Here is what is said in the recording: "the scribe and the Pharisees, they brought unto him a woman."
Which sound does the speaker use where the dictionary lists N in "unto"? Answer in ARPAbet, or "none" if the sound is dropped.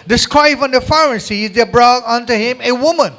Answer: N